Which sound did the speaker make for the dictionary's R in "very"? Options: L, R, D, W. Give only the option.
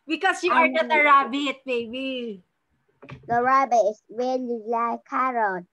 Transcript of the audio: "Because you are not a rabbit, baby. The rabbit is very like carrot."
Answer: L